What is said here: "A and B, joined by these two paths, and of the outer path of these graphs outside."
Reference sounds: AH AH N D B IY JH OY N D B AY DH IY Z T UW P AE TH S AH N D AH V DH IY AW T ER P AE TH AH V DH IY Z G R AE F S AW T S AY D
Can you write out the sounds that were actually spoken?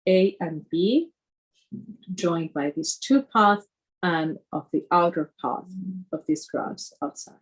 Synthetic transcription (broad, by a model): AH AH N B IY JH OY N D B AY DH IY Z T UW P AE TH AH N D AH V DH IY AW T ER P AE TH AH V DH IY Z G R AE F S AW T S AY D